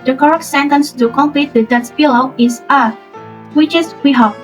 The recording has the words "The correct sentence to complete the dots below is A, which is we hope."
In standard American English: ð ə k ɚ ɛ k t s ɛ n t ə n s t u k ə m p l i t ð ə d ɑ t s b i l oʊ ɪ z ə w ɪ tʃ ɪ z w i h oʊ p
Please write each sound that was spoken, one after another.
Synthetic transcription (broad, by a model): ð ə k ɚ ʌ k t s ɛ n t ə n s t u k ə m p l i t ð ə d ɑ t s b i l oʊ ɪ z ə w ɪ tʃ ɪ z w i h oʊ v